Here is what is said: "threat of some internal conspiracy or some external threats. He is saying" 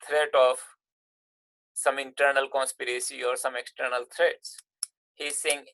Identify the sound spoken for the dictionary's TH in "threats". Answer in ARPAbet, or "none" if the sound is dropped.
T